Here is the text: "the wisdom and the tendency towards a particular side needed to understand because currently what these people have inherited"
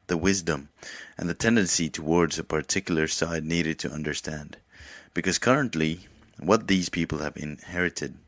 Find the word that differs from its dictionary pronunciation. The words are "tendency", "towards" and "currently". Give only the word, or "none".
none